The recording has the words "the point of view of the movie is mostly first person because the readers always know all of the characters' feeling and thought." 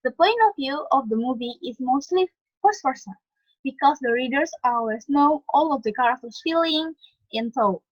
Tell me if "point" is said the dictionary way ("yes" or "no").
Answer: no